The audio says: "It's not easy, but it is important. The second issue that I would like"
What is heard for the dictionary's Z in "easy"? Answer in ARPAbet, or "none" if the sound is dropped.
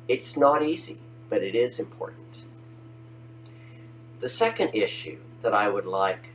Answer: Z